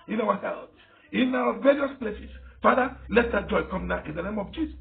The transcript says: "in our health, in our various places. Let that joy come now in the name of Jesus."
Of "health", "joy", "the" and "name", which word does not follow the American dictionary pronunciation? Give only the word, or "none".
health